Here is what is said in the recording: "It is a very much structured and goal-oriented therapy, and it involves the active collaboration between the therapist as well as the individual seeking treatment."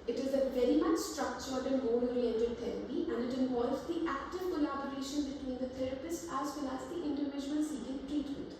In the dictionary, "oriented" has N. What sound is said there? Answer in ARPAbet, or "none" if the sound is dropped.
none